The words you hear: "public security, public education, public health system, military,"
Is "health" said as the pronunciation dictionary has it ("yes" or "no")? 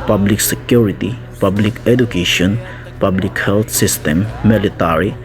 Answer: no